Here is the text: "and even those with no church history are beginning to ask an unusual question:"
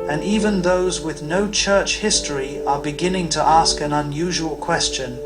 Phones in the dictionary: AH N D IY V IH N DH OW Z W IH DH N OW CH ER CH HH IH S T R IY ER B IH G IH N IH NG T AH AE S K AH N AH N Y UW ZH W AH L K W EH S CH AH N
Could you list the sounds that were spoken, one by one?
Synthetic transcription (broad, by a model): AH N IY V IH N DH OW Z W IH DH N OW CH ER CH HH IH S T R IY ER B IH G IH N IH NG T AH AE S K AH N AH N Y UW ZH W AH L K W EH S CH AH N